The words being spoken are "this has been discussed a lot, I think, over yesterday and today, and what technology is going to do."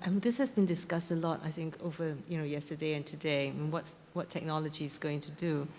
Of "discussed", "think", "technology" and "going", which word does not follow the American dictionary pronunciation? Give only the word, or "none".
none